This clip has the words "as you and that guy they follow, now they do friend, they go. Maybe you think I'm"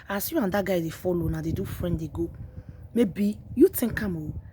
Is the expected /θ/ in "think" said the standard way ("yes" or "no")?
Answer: no